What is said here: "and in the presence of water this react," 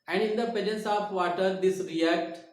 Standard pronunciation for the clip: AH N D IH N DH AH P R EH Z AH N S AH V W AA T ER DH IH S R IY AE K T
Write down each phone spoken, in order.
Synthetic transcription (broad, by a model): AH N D IH N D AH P EH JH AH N S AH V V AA T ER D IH S R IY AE K T